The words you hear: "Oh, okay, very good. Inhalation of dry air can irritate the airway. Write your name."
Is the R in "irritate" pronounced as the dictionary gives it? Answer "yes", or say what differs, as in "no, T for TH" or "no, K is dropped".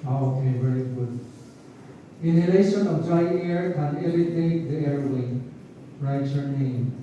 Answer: no, L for R